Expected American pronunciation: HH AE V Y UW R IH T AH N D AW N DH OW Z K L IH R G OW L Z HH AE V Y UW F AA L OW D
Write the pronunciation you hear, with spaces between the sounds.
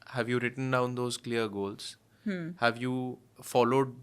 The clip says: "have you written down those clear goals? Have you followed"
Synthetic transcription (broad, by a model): HH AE V Y UW R IH T AH N D AW N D OW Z K L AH R G OW L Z HH AE V Y UW F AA L OW D